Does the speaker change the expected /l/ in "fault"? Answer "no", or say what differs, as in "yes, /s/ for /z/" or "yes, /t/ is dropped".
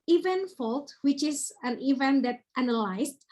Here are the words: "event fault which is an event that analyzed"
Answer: no